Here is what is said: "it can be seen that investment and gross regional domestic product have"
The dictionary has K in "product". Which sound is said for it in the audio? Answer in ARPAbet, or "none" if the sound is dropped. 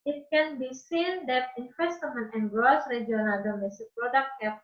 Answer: K